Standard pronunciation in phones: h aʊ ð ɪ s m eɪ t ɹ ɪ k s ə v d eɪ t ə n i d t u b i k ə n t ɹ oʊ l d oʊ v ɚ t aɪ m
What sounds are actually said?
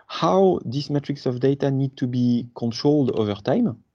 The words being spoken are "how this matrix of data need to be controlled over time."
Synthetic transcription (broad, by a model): h aʊ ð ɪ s m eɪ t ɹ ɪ k s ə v d eɪ t ə n i d t u b i k ə n t ɹ oʊ l d oʊ v ɚ t aɪ m